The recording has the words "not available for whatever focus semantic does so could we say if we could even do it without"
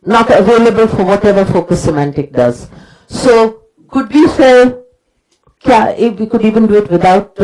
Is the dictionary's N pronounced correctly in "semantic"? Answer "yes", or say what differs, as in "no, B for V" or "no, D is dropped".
yes